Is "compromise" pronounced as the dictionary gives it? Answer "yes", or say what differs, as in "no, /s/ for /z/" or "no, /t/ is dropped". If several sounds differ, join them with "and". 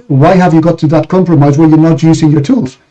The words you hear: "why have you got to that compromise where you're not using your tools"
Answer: yes